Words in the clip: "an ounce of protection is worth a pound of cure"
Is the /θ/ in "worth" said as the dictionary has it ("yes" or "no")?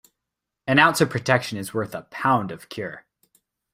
yes